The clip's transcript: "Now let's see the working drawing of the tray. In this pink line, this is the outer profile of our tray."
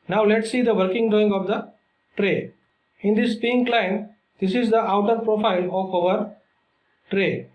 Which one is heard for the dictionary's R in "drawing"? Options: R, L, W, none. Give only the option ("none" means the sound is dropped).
none